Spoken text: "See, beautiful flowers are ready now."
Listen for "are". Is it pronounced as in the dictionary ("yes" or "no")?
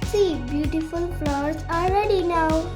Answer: no